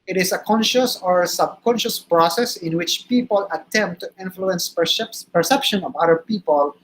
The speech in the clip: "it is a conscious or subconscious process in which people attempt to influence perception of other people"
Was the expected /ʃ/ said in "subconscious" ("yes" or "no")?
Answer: yes